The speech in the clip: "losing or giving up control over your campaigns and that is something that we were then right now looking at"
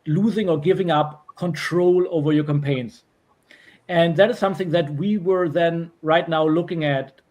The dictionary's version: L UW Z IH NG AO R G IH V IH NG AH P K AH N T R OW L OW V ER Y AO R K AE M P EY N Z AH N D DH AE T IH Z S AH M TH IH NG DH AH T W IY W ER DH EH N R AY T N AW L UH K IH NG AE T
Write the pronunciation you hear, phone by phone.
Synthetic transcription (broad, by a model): L UW Z IH NG AO R G IH V IH NG AH P K AH N T R OW L OW V ER Y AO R K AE M P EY N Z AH N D DH AE T IH Z S AH M TH IH NG DH AH T W IY W ER DH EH N R AY T N AW L UH K IH NG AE T